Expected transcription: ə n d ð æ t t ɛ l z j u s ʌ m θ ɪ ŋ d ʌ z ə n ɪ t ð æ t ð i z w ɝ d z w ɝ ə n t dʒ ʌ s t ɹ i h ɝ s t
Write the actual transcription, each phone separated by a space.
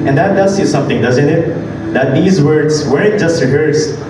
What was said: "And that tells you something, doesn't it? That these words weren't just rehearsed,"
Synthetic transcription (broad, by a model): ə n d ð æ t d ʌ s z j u s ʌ m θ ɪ ŋ d ʌ z ə n ɪ t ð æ t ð i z w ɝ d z w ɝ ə t dʒ ʌ s t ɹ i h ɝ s